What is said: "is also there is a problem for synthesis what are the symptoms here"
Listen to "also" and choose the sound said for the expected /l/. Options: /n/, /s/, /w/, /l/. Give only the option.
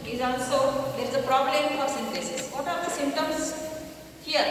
/n/